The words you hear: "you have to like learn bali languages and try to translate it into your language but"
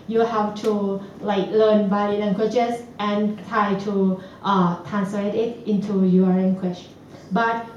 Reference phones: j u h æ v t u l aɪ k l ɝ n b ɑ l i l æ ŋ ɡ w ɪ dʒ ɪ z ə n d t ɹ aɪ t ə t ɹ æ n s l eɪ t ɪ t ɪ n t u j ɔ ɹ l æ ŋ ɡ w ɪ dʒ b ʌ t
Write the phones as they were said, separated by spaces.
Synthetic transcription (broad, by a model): j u h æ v t u l aɪ k l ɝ n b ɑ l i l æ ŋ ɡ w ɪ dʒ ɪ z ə n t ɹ aɪ t ə t ɹ æ n s l eɪ t ɪ t ɪ n t u j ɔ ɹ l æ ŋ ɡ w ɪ tʃ b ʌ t